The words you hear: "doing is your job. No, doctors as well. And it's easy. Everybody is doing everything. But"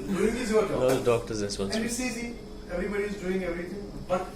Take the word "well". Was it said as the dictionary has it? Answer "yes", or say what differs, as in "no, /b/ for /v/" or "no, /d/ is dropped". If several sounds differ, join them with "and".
no, /n/ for /l/